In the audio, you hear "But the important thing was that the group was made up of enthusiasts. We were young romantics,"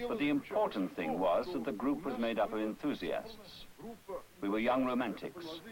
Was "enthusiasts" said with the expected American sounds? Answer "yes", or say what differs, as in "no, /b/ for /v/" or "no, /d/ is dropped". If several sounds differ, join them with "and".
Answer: yes